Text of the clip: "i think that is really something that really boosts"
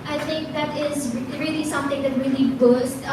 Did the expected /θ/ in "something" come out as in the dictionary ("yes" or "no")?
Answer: no